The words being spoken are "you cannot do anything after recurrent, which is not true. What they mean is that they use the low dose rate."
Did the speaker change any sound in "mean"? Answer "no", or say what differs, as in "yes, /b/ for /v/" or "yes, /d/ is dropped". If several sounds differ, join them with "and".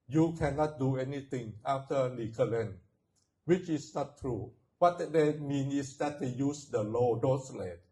no